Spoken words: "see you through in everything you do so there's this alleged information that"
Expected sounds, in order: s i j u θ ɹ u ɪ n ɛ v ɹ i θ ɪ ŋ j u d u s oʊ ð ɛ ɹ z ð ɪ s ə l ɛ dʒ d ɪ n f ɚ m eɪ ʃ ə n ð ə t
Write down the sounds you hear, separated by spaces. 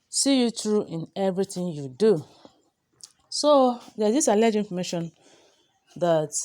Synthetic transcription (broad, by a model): s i j u t ɹ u ɪ n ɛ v ɹ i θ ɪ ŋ j u d u s oʊ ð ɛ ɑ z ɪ s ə l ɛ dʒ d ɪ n f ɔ m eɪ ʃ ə n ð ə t